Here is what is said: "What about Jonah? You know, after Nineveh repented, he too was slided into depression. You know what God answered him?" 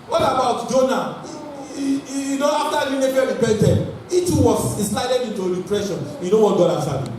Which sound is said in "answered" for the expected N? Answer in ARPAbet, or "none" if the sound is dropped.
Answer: none